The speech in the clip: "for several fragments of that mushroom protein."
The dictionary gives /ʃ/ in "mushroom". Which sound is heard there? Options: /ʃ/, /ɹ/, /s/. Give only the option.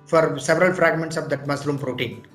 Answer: /s/